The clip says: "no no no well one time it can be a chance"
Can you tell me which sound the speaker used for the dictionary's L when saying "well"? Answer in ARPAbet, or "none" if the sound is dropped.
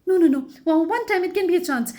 N